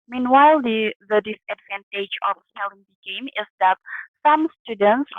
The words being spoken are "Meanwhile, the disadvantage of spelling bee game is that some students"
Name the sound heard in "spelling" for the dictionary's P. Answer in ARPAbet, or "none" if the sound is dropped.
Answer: none